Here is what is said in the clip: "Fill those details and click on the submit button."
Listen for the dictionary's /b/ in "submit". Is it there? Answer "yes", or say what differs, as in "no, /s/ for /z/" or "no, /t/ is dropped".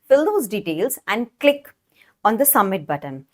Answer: no, /b/ is dropped